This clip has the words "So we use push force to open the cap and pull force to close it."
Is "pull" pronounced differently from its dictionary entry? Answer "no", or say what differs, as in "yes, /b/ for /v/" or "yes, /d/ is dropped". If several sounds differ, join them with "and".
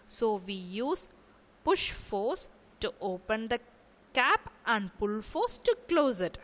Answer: no